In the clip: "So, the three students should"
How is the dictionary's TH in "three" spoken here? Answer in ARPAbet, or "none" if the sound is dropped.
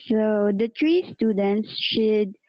T